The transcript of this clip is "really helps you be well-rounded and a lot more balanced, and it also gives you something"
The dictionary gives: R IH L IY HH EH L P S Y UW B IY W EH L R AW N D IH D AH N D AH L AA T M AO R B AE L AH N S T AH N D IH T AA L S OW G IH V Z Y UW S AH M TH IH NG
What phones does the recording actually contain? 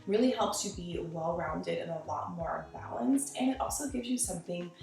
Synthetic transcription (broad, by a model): R IH L IY HH EH L P S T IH B IY W EH L R AW N D IH D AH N AH L AA T M AO R B AE L AH N S T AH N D IH T AA L S OW G IH V Z Y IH S AH M TH IH NG